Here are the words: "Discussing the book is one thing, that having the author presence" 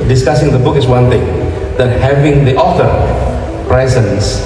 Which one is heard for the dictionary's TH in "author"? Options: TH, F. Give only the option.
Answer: F